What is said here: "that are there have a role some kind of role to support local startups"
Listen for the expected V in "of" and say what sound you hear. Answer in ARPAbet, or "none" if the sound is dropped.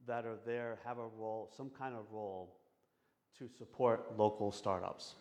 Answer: V